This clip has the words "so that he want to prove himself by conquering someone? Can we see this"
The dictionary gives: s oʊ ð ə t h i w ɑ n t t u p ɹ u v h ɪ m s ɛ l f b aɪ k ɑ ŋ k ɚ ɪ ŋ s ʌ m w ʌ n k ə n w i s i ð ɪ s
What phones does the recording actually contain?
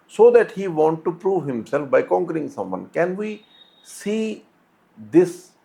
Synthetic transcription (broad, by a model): s oʊ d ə t h i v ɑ n t t u p ɹ u v h ɪ m s ɛ l f b aɪ k ɑ ŋ k ɚ ɪ ŋ s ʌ m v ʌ n k ə n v i s i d ɪ s